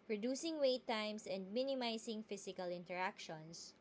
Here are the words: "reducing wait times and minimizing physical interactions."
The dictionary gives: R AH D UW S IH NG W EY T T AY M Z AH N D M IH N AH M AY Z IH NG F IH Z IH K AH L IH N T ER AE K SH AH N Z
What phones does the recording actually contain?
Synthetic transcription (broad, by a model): R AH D UW S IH NG W EY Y T AY M S AH N D M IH N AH M AY S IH NG F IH S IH K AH L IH N T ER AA K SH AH N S